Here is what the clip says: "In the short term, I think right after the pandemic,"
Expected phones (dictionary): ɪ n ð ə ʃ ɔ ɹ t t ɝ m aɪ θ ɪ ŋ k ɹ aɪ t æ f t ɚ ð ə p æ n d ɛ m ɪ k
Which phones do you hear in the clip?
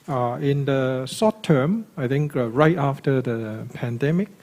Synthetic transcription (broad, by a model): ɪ n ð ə s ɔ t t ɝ m aɪ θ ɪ ŋ k ɹ aɪ t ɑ f t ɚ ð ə p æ n d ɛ m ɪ k